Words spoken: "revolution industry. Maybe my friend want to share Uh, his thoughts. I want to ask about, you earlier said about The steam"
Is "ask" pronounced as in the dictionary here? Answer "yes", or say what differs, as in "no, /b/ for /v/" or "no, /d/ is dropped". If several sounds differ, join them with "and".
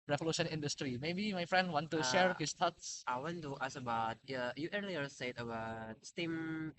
no, /k/ is dropped